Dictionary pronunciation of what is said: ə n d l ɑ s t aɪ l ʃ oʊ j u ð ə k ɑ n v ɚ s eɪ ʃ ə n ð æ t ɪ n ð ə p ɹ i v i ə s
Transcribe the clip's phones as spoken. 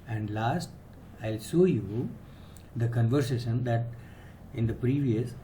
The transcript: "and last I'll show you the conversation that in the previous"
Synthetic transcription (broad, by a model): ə n d l ɑ s t aɪ l s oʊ j u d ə k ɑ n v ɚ s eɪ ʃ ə n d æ t ɪ n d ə p ɹ i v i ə s